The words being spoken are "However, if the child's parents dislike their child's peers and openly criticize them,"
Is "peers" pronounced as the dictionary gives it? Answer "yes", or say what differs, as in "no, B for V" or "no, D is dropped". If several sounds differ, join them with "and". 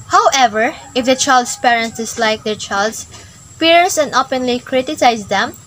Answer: no, S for Z